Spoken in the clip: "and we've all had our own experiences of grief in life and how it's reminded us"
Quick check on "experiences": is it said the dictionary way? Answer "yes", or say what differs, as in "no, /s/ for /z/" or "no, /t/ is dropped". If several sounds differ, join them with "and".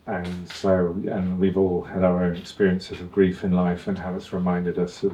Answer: yes